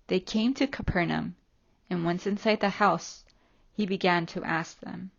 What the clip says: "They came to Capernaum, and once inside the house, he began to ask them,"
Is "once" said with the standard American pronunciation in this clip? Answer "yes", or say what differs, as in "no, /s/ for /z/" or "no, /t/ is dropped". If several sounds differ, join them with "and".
yes